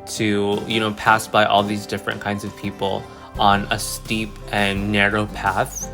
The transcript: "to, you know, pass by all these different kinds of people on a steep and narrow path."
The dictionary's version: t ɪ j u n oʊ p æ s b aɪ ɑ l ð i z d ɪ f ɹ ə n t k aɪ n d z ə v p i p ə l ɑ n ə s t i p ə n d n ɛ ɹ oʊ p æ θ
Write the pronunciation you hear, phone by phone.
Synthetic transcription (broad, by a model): t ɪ j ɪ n oʊ p æ s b aɪ ɑ l ð i z d ɪ f ɹ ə n k aɪ n d z ə v p i p l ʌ n ə s t i p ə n n ɛ ɹ oʊ p æ θ